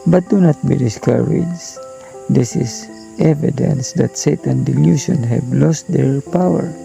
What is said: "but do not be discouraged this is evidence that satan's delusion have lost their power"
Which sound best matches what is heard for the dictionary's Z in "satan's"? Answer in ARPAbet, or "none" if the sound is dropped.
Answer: none